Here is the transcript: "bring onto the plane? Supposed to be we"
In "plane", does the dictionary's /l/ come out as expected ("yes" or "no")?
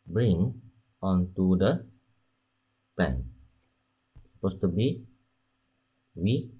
no